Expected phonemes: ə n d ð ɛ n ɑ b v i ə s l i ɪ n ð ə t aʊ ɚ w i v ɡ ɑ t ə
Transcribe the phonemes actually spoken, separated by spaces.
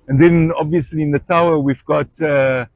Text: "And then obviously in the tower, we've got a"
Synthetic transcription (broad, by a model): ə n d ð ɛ n ɑ b v i ə s l i ɪ n ð ə t aʊ ɚ w i v ɡ ɑ t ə